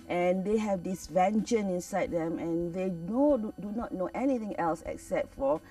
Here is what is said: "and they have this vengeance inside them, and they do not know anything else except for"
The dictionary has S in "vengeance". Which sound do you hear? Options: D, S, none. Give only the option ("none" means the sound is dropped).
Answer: none